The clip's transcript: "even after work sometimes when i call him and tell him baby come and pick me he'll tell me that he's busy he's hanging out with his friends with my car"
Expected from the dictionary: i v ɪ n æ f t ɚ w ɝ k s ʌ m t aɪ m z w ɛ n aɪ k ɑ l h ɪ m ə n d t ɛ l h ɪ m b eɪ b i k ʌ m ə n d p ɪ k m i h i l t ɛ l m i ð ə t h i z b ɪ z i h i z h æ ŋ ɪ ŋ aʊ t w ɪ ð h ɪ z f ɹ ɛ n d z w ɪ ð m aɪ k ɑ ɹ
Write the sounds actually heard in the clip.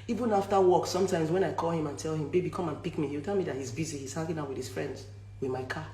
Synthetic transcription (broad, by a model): i v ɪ n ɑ f t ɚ w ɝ k s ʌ m t aɪ m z w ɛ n aɪ k ɑ l h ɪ m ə n t ɛ l h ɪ m b eɪ b i k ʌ m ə n p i k m i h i w t ɛ l m i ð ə t h i z b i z i h i z h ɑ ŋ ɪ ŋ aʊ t w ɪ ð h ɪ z f ɹ ɛ n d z w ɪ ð m aɪ k ɑ